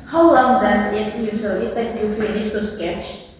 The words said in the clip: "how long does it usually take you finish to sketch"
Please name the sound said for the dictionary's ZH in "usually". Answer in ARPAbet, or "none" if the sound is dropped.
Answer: S